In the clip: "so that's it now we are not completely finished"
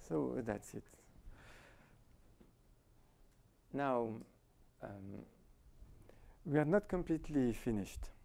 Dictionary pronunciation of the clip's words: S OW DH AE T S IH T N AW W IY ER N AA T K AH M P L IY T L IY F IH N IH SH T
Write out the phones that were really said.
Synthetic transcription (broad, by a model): S OW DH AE T S IH T N AW W IY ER N AA T K AH M P L IY T L IY F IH N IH SH T